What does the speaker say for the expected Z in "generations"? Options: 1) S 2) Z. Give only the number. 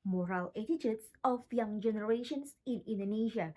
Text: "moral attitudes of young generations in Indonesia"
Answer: 1